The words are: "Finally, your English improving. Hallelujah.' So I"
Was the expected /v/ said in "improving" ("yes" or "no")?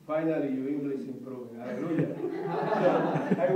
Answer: no